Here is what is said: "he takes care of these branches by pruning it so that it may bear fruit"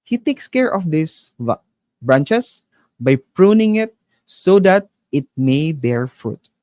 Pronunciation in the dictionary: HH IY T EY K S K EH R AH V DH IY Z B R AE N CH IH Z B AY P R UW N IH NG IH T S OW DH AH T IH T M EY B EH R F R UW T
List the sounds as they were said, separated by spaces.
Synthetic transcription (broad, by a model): HH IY T EY K S K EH R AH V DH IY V B R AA N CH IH S B AY P R UW N IH NG IH T S OW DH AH T IH T M EY B EH R F R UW T